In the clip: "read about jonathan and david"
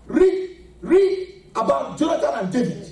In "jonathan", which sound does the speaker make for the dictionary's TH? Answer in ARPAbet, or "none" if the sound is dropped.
T